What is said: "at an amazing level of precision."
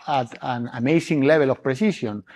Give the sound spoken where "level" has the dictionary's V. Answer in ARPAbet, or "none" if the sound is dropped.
B